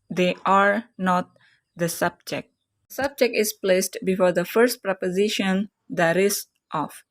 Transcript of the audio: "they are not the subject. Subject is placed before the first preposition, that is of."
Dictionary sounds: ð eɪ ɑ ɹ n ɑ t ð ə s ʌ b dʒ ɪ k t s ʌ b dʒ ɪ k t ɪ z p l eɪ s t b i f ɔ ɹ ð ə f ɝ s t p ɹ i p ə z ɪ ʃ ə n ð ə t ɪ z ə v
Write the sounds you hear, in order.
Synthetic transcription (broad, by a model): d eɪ ɑ ɹ n ɑ t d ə s ʌ b dʒ ɪ k t s ʌ b dʒ ɪ k t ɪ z p l eɪ s t b i f ɔ ɹ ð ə f ɝ s t p ɹ i p ə z ɪ ʃ ə n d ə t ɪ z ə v